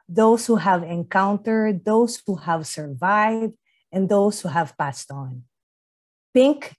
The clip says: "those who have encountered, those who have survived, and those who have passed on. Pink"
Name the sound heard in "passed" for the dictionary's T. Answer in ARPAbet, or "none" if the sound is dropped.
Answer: T